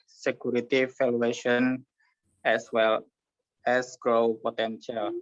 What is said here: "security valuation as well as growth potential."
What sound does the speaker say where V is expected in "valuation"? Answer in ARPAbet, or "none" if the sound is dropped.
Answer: F